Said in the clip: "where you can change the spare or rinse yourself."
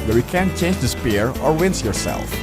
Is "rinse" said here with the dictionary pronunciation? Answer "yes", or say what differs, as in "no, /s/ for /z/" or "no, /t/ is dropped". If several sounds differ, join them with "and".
no, /w/ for /ɹ/